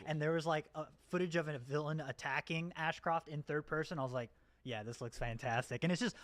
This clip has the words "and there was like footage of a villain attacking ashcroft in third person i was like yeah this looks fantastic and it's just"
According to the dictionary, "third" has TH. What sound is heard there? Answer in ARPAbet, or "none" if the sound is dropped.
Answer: TH